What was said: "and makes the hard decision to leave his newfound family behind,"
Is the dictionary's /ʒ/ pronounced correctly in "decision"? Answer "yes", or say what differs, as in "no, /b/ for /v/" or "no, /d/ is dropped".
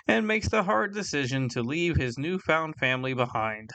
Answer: yes